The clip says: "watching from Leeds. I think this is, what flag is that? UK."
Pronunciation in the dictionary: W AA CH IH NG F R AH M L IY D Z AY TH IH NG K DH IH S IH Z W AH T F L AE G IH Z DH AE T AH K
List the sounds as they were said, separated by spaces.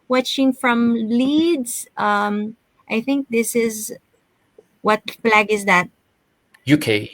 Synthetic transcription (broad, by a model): W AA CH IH NG F R AH M L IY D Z AY TH IH NG K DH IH S IH Z W AH T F L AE G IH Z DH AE T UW K